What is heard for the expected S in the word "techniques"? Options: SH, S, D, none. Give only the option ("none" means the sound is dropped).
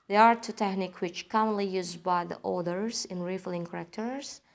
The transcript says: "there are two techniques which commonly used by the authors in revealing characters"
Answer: none